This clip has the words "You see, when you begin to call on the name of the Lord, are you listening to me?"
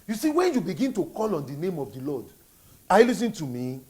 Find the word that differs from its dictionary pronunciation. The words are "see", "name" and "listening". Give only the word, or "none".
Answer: listening